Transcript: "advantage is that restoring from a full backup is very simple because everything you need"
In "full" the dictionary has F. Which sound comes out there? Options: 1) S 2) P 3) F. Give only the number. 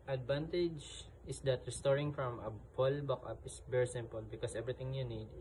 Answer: 2